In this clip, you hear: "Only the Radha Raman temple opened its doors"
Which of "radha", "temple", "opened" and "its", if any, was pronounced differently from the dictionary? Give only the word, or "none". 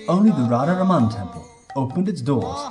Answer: none